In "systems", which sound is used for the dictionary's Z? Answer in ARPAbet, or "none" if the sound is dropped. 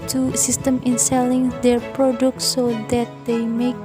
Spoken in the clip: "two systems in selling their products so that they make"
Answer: none